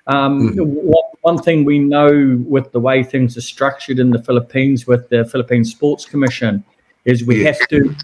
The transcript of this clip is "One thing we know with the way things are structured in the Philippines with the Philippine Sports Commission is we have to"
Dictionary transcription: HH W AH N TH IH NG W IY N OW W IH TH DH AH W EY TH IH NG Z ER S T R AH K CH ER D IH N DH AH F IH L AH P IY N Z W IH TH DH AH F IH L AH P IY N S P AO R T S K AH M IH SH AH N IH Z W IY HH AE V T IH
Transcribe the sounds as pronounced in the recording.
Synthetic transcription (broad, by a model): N W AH N TH IH NG W IY N OW W IH DH AH W EY TH IH NG Z ER S T R AH K CH ER D IH N DH AH F IH L AH P IY N Z W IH DH AH F IH L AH P IY N S P AO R T S K AH M IH SH AH N IH Z W IY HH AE F T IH